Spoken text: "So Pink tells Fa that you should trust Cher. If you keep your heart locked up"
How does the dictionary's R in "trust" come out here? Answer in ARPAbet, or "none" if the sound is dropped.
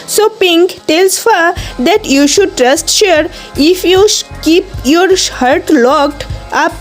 R